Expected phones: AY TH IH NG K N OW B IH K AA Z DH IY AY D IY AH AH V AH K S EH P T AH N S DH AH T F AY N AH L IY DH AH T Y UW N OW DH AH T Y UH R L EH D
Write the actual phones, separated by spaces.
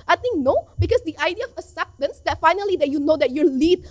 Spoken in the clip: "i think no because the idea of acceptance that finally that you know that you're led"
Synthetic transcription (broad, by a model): AY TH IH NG K N OW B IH K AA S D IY AY D IY AH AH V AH S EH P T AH N S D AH T F AY N AH L IY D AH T Y UW N OW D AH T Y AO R L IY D